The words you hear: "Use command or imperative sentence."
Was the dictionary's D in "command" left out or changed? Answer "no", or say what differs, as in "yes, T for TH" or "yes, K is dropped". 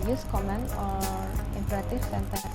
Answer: yes, D is dropped